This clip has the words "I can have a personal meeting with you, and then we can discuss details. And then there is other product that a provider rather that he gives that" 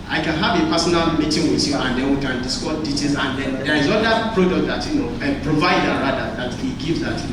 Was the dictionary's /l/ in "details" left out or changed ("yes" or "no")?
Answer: yes